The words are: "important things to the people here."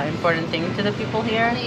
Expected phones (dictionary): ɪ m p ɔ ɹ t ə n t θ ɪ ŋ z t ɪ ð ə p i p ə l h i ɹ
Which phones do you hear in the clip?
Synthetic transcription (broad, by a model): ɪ m p ɔ ɹ t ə n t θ ɪ ŋ t ɪ ð ə p i p l h i ɹ